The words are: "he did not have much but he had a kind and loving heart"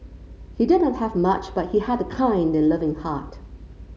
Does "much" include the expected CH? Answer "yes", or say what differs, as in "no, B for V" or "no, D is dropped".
yes